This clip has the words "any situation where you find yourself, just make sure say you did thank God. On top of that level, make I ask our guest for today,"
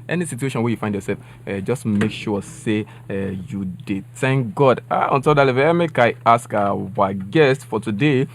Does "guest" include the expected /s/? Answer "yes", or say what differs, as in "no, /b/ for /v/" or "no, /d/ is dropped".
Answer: yes